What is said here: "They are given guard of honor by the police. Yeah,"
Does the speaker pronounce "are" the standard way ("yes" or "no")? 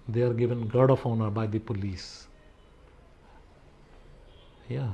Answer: yes